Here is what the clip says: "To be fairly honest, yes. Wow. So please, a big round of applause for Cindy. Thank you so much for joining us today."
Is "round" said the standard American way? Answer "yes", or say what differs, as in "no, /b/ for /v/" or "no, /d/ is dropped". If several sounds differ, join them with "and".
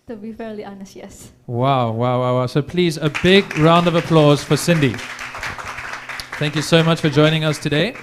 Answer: yes